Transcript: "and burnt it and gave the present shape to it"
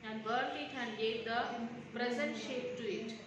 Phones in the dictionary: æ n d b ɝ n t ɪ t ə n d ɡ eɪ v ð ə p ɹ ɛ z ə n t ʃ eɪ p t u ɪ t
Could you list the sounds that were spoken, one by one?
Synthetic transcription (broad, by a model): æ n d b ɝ t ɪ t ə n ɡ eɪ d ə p ɹ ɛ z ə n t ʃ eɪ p t u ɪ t